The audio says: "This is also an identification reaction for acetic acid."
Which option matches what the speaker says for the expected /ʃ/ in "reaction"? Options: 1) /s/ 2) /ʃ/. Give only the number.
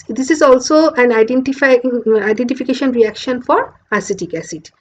2